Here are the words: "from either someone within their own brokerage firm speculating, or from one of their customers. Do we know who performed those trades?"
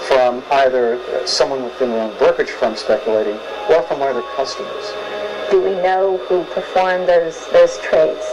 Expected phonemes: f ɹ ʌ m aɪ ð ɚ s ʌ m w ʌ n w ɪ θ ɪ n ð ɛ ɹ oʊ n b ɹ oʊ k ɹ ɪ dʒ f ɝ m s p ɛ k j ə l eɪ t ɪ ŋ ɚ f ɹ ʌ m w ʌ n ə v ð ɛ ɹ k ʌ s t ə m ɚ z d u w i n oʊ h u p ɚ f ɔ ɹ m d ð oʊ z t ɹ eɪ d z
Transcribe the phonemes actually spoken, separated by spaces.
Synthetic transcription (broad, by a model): f ɹ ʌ m aɪ ð ɚ s ʌ m w ʌ n w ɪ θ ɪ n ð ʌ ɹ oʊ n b ɹ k ɪ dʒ f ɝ m s p ɛ k j ə l eɪ t ɪ ŋ ɚ f ɹ ʌ m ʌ ə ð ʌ ɹ k ʌ s t ə m ɚ z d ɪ w i n oʊ h u p ɚ f ɔ ɹ m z ð oʊ z t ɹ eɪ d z